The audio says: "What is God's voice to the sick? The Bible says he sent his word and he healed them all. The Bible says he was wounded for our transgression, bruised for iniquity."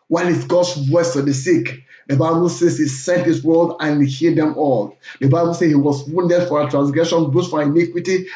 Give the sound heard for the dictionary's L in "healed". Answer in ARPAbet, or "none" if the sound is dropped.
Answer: none